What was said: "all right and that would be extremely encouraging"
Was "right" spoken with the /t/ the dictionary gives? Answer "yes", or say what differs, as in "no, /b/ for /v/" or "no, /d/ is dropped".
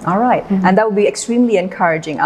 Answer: yes